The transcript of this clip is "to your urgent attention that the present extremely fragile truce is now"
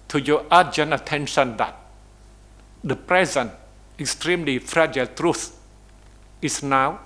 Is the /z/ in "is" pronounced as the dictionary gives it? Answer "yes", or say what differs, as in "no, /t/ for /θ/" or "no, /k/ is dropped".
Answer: no, /s/ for /z/